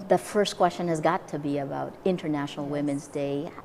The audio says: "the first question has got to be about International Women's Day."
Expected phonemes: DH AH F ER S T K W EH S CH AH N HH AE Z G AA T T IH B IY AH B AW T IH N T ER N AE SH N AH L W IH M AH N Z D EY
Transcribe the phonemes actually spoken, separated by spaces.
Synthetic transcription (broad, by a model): DH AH F ER S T K W EH S CH AH N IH Z G AA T T IH B IY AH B AW T IH N T ER N AE SH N L W IH M AH N Z D EY